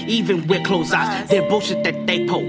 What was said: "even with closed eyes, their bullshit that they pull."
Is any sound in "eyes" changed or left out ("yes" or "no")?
yes